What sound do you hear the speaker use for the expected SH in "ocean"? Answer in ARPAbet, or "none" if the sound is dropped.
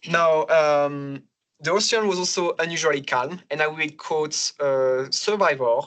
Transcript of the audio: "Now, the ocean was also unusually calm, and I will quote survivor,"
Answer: S